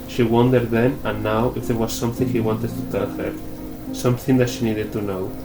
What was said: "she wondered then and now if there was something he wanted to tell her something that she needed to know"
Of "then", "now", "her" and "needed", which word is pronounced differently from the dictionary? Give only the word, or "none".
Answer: none